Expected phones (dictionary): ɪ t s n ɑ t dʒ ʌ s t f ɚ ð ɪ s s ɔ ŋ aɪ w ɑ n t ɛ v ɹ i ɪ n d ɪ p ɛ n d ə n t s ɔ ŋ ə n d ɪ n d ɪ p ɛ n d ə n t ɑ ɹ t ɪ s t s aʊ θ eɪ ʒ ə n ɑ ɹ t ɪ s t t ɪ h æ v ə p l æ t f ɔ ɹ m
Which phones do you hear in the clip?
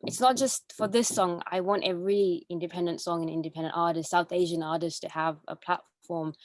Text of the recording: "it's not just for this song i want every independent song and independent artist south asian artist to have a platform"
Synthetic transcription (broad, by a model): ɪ t s n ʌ t dʒ ʌ s t f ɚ ð ɪ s s ɔ ŋ aɪ w ɑ n t ɛ v ɹ i ɪ n d ɪ p ɛ n d ə n t s ɔ ŋ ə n ɪ n d ɪ p ɛ n d ə n t ɑ ɹ t ɪ s t s aʊ θ eɪ ʒ ə n ɑ ɹ t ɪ s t t ɪ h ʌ v ə p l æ t f ɔ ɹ m